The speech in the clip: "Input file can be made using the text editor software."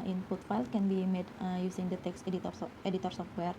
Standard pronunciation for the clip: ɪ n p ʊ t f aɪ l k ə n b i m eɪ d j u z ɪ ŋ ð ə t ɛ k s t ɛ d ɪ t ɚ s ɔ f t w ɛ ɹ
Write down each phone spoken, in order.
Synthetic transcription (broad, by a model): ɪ n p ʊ t f aɪ l k ə n b i m eɪ d j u s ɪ ŋ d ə t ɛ k s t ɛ d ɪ t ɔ s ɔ f t w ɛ ɹ